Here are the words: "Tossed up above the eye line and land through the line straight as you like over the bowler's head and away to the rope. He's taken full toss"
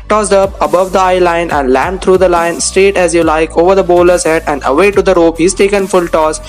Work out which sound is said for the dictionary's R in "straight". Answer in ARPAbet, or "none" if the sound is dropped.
R